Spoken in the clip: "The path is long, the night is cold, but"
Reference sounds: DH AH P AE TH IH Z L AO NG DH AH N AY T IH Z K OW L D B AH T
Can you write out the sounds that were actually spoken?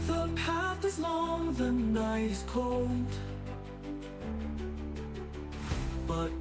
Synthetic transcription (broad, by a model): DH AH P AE T IH Z L AO NG DH AH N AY IH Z K OW L D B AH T